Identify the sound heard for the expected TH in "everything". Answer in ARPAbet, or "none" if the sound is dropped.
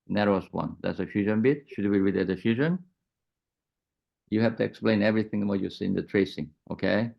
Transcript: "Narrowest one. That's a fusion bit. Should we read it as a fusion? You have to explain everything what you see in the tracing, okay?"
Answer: TH